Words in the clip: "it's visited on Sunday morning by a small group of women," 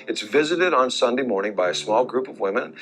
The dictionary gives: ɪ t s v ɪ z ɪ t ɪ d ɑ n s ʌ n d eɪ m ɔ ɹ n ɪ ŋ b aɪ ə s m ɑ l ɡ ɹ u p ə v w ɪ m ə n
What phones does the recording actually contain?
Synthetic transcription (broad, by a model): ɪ t s v ɪ z ɪ t ɪ d n s ʌ n d eɪ m ɔ ɹ n ɪ ŋ b aɪ ə s m ɑ l ɡ ɹ u p ə v w ɪ m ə n